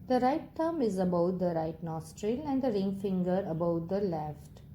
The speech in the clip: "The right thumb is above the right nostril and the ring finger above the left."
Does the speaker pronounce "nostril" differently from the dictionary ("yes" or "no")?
no